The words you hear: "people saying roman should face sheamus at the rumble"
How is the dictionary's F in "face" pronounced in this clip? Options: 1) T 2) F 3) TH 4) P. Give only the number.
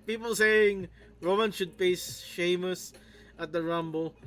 4